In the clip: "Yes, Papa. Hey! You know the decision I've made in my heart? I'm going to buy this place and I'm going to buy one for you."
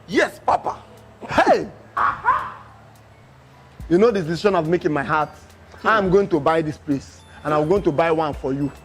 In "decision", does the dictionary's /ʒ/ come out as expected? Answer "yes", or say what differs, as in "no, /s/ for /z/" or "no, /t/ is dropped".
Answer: no, /ʃ/ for /ʒ/